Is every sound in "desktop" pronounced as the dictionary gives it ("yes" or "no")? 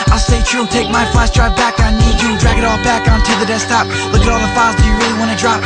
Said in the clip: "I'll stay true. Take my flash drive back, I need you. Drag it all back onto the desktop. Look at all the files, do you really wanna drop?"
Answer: no